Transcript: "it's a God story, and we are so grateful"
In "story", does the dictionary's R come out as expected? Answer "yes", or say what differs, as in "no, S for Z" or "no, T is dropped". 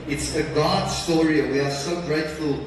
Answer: yes